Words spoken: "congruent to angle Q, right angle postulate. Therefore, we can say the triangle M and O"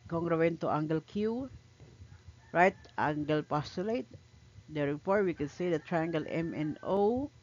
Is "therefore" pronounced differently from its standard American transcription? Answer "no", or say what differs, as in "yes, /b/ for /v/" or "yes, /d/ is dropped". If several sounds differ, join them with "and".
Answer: yes, /p/ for /f/